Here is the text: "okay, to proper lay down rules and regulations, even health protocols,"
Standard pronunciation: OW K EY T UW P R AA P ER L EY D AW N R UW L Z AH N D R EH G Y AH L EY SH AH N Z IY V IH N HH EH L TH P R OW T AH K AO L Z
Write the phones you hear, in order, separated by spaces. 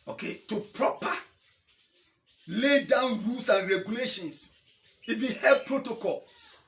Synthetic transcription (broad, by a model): OW K EY T UW P R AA P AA L EY D AW N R UW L S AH N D R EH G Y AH L EY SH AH N S IY V IH N HH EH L P R OW T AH K AO L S